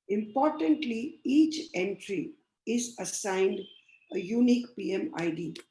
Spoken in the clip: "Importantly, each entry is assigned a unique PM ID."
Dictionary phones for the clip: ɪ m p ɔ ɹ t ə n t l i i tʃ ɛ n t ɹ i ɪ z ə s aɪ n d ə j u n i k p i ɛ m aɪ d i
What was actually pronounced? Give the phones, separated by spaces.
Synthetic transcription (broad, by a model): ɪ m p ɔ ɹ t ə n t l i i tʃ ɛ n t ɹ i ɪ z ə s aɪ n d ə j u n i k p i ɛ m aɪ d i